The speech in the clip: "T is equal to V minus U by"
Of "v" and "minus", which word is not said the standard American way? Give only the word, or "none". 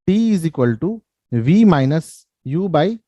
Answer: none